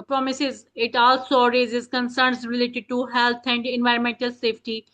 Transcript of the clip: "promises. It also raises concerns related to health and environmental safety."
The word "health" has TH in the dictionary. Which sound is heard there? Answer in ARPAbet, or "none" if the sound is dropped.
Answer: T